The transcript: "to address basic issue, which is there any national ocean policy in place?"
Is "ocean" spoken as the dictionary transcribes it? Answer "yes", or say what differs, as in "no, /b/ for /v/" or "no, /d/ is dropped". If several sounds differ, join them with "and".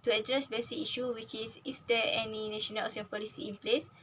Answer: no, /s/ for /ʃ/